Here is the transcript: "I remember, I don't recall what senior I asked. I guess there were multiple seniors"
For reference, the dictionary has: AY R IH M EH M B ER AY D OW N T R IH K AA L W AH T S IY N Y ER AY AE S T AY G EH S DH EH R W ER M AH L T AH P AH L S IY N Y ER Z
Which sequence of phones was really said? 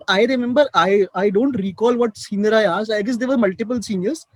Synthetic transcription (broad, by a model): AY R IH M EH M B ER AY D OW N T R IH K AA L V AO T S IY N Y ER AY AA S AY G EH S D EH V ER M AH L T AH P AH L S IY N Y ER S